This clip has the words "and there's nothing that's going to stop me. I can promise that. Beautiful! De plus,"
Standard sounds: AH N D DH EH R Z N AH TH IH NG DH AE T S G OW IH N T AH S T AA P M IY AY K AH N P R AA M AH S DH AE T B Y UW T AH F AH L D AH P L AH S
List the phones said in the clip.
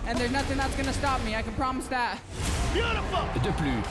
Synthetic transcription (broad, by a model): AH N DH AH R Z N AH TH IH NG DH AE T S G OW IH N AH S T AA P M IY AY K AH N P R AA M AH S DH AE T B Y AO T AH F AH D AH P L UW